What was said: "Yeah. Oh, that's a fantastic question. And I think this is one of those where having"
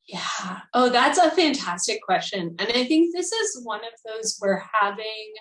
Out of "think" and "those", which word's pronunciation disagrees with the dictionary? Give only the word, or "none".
none